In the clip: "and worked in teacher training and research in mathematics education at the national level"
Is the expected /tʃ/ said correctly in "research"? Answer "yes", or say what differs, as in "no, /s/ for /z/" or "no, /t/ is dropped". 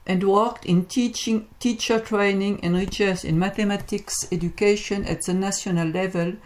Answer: no, /s/ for /tʃ/